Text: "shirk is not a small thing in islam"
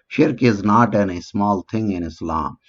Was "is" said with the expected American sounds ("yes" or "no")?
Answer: yes